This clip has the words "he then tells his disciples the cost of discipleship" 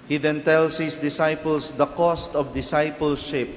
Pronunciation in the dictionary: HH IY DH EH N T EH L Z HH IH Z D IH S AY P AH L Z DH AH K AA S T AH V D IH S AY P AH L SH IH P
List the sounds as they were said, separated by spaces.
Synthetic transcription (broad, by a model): HH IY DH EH N T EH L S HH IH S D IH S AY P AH L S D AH K AA S T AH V D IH S AY P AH L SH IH P